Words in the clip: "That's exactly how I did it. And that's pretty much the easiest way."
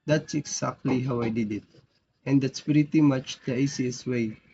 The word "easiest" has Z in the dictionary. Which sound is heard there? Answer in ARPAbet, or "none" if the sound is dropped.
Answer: S